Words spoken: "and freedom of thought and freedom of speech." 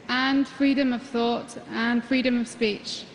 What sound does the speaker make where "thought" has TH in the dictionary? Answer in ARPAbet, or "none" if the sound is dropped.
TH